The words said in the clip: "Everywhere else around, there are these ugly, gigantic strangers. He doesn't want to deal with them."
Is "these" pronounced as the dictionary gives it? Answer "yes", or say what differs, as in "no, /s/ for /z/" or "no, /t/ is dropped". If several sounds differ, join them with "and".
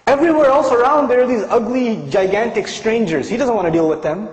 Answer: yes